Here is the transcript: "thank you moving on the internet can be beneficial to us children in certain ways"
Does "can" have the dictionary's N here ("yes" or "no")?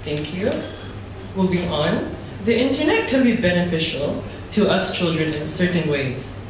no